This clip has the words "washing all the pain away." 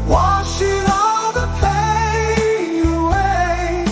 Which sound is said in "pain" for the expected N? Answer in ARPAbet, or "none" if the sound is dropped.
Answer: none